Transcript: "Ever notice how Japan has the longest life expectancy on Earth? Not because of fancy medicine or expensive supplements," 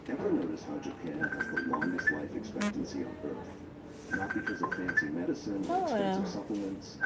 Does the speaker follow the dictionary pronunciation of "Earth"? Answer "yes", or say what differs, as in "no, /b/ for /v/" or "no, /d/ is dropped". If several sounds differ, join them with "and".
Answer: yes